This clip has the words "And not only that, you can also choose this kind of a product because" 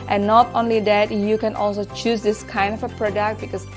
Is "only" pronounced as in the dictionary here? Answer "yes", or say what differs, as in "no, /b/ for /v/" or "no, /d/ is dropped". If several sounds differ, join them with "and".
yes